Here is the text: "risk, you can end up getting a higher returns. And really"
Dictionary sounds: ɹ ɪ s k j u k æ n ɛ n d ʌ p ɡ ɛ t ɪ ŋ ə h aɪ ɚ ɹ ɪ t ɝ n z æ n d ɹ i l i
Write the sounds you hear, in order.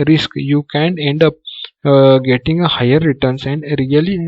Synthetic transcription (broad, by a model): ɹ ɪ s k j u k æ n ɛ n d ʌ p ɡ ɛ t ɪ ŋ ə h aɪ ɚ ɹ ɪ t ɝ n s æ n d ɹ i l i